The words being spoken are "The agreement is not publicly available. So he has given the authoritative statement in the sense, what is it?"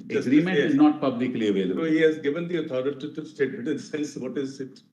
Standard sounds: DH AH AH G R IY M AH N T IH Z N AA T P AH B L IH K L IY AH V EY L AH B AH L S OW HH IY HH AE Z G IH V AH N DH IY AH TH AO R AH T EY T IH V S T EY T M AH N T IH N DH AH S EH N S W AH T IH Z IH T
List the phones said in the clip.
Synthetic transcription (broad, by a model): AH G R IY M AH T IH Z N AA T P AH B L IH K L IY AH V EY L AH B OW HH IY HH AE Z G IH V AH N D IY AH T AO R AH T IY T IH S T EY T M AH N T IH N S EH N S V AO T IH Z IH T